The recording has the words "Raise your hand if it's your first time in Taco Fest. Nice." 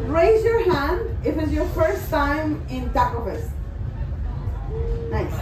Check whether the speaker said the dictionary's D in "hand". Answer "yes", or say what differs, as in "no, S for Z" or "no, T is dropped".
yes